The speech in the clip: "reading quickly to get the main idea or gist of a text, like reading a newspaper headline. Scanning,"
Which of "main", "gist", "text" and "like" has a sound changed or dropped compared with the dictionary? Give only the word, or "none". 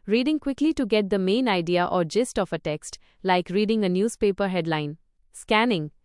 none